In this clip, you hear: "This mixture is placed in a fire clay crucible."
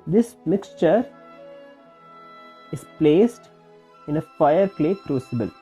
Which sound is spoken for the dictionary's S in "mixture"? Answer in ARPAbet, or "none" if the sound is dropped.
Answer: S